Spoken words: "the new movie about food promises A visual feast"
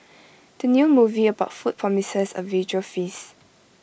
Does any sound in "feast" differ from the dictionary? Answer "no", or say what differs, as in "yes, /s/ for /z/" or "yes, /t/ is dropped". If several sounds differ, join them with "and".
yes, /t/ is dropped